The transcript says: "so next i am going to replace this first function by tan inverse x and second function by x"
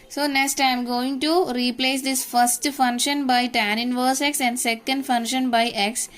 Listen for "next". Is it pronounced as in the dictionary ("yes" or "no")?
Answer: yes